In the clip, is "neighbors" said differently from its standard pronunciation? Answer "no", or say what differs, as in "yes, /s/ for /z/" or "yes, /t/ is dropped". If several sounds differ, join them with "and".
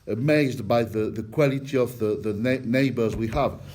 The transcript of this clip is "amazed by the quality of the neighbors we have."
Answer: no